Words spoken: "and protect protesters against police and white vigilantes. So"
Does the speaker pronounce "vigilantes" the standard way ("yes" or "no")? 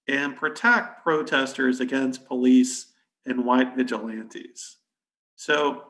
yes